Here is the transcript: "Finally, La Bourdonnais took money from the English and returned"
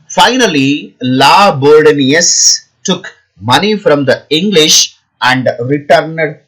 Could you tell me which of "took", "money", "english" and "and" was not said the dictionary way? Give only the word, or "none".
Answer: none